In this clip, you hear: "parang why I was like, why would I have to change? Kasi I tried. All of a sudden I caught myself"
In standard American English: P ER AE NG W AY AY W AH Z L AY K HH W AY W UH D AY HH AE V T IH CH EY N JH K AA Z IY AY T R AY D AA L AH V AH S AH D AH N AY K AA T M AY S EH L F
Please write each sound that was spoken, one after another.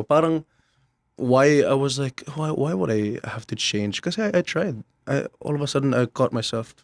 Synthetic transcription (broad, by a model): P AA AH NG W AY AY W AH Z L AY K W W AY W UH D AY HH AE F T IH CH EY N JH K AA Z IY AY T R AY D AA L AH V AH S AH D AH N AY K AA T M AY S EH L F